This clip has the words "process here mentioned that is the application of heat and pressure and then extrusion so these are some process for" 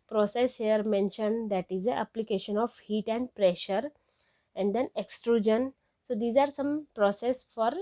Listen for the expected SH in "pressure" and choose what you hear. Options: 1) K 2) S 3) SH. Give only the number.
3